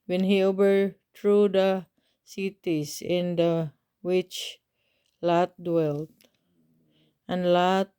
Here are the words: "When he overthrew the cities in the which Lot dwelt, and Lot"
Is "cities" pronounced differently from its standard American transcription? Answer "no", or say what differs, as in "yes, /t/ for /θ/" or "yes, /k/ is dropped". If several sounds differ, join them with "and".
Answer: yes, /s/ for /z/